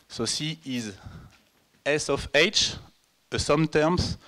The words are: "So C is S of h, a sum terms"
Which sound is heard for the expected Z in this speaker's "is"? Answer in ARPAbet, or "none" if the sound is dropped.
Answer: Z